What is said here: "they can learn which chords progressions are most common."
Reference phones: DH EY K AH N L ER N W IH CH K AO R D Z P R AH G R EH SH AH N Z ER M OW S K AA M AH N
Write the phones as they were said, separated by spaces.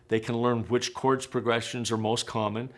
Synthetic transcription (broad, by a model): DH EY K AH N L ER N W IH CH K AO R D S P R AH G R EH SH AH N Z ER M OW S K AA M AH N